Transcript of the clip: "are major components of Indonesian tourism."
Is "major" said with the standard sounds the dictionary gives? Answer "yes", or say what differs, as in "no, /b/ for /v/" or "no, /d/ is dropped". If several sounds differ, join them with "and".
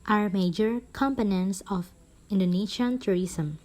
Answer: yes